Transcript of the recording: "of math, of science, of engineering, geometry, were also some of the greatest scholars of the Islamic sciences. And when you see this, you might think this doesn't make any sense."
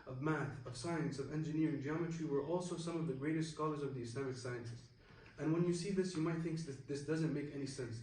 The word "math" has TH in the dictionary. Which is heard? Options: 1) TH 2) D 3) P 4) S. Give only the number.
1